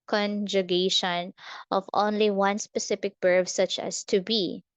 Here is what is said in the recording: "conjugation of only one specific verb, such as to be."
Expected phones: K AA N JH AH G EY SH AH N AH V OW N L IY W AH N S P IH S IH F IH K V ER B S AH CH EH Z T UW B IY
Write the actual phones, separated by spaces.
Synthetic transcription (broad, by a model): K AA N JH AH G EY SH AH N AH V OW N L IY W AH N S P IH S IH F IH K B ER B S AH CH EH S T UW B IY